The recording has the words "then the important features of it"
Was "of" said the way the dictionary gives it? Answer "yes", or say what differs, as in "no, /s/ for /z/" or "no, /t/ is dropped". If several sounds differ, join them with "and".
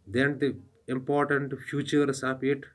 no, /p/ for /v/